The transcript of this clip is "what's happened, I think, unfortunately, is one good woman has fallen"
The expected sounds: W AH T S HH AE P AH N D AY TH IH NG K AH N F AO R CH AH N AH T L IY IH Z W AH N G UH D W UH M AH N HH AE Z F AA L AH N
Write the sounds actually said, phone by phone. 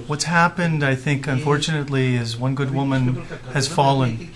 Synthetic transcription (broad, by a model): W AH T S HH AE P AH N D AY TH IH NG K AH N F AO R CH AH N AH T L IY IH Z W AH N G UH D W UH M AH N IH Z F AA L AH N